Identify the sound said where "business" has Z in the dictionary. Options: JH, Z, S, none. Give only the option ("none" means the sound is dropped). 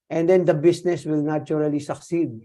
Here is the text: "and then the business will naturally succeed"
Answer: S